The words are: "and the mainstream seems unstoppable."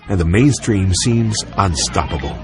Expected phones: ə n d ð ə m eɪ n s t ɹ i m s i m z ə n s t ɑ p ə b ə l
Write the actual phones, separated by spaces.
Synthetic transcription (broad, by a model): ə n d ð ə m eɪ n s t ɹ i m s i m z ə n s t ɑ p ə b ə l